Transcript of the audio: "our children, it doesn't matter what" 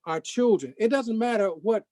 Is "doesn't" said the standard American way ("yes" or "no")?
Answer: yes